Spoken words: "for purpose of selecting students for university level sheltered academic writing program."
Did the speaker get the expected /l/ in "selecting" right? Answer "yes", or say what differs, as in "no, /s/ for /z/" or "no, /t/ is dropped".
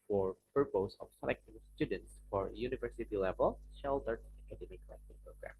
no, /n/ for /l/